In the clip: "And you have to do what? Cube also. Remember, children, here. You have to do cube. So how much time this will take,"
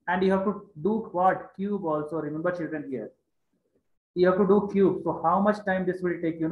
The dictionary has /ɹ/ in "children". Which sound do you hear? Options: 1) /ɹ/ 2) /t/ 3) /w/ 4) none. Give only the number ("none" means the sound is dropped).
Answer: 1